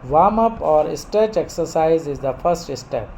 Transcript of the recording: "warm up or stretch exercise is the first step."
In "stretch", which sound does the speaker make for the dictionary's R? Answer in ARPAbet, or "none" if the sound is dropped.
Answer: none